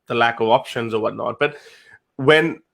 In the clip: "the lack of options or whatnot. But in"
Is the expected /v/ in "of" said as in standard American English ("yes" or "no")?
yes